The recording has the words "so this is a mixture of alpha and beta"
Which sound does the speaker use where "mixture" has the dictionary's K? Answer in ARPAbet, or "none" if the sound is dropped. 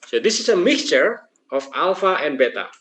K